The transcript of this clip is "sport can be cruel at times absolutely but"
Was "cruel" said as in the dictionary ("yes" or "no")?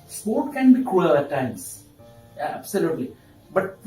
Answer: no